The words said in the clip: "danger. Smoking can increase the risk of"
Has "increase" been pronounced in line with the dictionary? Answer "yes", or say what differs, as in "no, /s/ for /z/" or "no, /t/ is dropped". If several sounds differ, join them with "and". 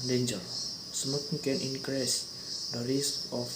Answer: yes